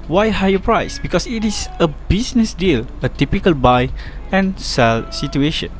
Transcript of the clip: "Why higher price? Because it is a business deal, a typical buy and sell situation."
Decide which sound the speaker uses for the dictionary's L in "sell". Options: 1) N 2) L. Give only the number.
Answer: 2